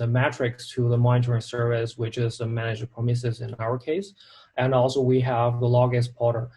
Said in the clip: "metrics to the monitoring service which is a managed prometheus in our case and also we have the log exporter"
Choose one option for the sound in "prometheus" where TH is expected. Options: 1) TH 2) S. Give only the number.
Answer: 2